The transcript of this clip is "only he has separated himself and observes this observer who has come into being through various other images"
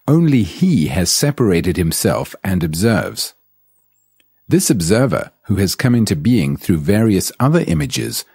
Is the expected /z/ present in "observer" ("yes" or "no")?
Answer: yes